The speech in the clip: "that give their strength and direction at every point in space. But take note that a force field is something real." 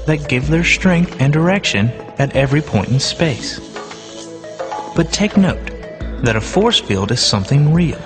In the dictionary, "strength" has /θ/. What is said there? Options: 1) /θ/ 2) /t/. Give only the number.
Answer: 1